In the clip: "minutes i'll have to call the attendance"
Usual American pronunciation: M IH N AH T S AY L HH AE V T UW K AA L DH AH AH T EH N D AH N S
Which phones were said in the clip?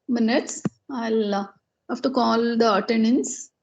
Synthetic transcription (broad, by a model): M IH N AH T S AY L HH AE F T UW K AA L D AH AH T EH N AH N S